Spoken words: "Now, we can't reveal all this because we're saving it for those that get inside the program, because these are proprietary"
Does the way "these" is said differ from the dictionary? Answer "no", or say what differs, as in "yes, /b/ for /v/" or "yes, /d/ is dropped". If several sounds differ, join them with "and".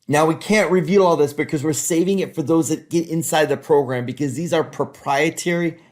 no